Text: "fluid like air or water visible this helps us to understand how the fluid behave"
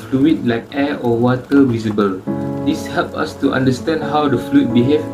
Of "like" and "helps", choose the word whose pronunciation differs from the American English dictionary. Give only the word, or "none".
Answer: helps